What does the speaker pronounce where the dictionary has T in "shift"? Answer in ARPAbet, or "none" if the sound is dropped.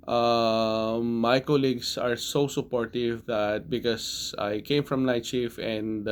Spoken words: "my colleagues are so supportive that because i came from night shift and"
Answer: none